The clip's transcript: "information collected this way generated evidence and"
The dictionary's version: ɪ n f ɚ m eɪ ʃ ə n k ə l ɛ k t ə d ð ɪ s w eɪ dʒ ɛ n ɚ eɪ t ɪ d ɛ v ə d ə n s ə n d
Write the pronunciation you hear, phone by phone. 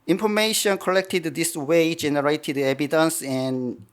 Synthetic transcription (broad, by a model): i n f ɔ m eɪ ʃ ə n k ə l ɛ k t ə d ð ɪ s w eɪ dʒ ɛ n ɚ eɪ t ɪ d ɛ b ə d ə n s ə n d